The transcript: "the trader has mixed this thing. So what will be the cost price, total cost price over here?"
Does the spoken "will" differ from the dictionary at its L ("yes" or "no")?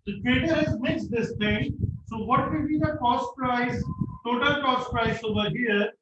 yes